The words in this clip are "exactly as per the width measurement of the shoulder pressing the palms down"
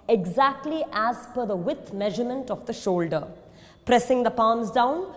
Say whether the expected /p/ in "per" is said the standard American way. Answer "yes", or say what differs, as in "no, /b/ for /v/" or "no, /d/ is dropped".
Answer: no, /f/ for /p/